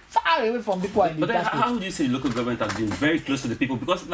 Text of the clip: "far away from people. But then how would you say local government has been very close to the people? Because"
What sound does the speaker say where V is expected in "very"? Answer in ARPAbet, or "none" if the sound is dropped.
V